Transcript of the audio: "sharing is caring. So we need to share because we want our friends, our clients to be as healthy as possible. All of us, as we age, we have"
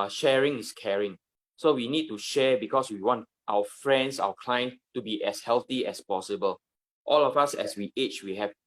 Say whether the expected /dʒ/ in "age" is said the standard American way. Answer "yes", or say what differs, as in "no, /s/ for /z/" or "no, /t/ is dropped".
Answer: no, /tʃ/ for /dʒ/